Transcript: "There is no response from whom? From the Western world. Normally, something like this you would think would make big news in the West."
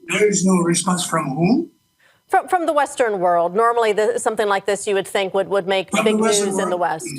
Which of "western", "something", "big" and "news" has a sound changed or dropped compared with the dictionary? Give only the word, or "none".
none